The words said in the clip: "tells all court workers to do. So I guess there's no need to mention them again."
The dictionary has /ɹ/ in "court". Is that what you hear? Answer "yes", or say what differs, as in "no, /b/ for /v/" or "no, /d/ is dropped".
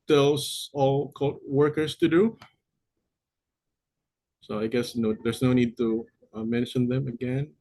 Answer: no, /l/ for /ɹ/